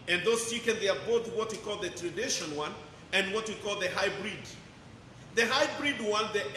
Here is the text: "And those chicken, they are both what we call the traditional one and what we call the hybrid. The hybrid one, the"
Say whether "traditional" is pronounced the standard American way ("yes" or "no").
no